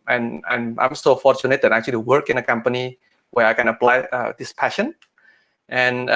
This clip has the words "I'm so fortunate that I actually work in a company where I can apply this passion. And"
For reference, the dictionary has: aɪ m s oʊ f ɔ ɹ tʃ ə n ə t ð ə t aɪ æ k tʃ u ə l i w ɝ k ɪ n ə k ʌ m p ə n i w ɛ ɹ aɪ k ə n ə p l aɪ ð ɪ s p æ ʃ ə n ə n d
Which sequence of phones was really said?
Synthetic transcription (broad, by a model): aɪ m s oʊ f ɔ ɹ tʃ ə n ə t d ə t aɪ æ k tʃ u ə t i w ɝ k ɪ n ə k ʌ m p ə n i w ɛ ɹ aɪ k ə n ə p l aɪ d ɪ s p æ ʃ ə n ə n